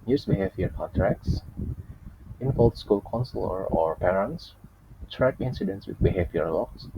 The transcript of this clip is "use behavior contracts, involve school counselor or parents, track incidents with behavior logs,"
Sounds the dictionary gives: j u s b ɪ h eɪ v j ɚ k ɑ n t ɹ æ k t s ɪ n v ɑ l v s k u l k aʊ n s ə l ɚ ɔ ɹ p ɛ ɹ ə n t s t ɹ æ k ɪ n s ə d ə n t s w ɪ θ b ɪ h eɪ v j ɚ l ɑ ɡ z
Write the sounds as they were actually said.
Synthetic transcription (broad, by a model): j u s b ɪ h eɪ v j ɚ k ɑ t ɹ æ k s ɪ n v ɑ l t s k u l k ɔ n s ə l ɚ ɔ ɹ p ɛ ɹ ə n t s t ɹ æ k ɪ n s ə d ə n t s w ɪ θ b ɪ h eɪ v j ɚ l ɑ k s